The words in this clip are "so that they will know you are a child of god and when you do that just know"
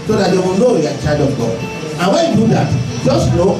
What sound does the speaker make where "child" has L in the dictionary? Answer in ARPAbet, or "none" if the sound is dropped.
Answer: none